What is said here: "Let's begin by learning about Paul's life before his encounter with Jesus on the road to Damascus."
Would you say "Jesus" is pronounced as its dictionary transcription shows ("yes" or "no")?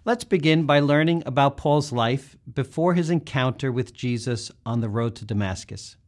yes